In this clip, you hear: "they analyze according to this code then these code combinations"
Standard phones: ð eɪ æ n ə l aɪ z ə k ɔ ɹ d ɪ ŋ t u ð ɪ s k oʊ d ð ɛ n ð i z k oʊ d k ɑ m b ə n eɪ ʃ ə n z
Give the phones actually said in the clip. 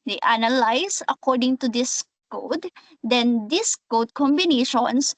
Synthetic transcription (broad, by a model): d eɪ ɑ n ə l aɪ s ə k ɔ ɹ d ɪ ŋ t u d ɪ s k oʊ d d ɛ n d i s k oʊ d k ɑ m b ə n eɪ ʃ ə n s